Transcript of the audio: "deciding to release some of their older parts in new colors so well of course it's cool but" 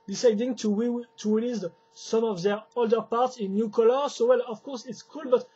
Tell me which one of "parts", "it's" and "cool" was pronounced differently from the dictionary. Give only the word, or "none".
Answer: none